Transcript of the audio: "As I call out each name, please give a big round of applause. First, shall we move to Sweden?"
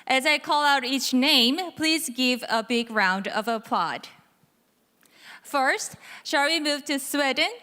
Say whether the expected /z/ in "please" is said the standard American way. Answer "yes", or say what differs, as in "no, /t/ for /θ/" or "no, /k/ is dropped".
yes